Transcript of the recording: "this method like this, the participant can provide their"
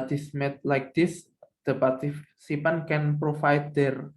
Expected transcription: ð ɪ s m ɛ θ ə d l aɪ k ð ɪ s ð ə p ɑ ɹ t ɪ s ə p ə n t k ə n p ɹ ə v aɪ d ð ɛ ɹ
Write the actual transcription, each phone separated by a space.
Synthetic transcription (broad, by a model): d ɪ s m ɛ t l aɪ k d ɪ s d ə p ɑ ɹ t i s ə p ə n k ə n p ɹ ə f aɪ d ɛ ɹ